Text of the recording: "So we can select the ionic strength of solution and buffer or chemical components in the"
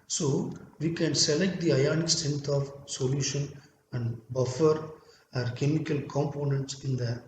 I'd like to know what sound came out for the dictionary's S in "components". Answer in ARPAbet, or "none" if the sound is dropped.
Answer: S